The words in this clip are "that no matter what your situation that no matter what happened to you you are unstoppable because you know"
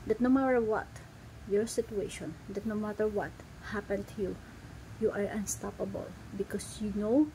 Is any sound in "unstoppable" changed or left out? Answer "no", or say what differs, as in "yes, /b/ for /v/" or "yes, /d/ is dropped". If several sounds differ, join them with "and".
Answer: no